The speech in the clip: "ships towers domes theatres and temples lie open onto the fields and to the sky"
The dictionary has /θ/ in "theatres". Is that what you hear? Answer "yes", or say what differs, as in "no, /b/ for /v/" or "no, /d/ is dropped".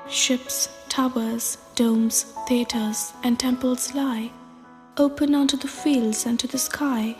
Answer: yes